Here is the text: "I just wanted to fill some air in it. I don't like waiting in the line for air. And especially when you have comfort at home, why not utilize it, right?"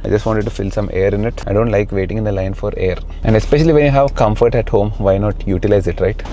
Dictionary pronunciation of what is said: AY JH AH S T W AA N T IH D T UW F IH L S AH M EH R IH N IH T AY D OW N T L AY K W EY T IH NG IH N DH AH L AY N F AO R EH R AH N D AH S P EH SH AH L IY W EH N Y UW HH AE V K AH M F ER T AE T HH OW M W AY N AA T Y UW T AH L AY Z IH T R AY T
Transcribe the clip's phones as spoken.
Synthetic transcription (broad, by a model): AY JH AH S T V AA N T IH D T UW F IH L S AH M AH R IH N IH T AY D OW N T L AY K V EY T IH NG IH N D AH L AY N F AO R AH R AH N D AH S P EH SH AH L IY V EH N Y UW HH AE V K AH M F ER T AE T HH OW M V AY N AA T Y UW T AH L AY Z IH T R AY T